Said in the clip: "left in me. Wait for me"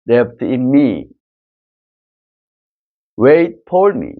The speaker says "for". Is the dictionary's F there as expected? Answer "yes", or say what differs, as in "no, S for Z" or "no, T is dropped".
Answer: no, P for F